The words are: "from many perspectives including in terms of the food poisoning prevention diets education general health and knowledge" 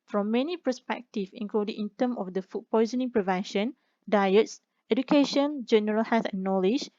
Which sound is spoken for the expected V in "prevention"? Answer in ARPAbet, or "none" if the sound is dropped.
V